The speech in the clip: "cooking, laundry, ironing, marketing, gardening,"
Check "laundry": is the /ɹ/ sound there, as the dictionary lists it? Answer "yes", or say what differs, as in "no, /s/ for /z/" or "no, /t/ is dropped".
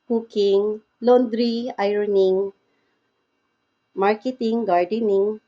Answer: yes